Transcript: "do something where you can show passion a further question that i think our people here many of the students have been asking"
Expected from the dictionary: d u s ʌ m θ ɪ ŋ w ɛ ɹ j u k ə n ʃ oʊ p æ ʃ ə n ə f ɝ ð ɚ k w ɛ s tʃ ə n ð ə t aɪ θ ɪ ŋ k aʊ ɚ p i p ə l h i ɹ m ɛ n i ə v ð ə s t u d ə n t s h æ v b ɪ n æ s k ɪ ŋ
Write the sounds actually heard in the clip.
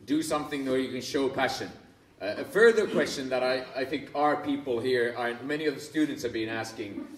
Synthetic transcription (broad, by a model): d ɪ s ʌ m θ ɪ ŋ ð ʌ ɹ j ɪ k ə n ʃ oʊ p æ ʃ ə n ə f ɝ ð ɚ k w ɛ s tʃ ə n ð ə t aɪ θ ɪ ŋ k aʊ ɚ p i p ə l h i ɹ m ɛ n i ə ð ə s t u d n t s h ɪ v b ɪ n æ s k ɪ ŋ